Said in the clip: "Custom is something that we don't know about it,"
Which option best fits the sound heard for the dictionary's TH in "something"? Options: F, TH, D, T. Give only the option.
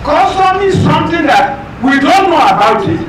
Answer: T